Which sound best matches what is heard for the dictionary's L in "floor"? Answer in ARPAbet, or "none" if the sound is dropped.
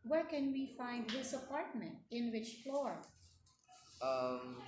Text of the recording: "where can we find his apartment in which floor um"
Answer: L